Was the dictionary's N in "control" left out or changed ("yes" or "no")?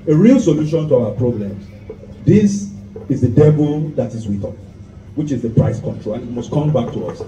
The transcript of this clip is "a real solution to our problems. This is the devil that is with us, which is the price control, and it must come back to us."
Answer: no